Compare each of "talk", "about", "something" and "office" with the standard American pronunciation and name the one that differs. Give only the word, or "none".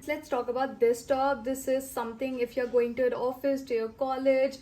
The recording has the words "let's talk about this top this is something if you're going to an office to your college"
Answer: something